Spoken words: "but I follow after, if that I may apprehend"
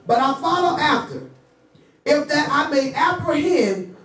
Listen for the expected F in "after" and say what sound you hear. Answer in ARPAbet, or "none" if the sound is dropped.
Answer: F